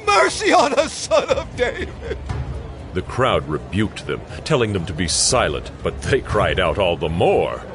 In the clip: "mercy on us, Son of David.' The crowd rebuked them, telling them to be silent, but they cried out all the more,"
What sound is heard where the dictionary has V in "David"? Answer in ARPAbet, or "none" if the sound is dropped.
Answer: none